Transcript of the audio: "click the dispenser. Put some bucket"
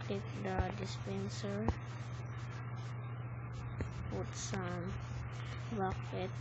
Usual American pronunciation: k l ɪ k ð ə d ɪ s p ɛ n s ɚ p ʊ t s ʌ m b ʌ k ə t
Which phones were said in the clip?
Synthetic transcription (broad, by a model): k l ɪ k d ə d ɪ s p ɛ n s ɚ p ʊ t s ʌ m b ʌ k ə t